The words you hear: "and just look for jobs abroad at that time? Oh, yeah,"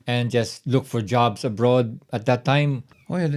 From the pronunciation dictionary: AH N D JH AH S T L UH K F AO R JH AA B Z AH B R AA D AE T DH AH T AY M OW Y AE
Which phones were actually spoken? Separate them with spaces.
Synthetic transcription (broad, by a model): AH N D JH AH S T L UH K F AO R JH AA B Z AH B R AA D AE T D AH T AY M OW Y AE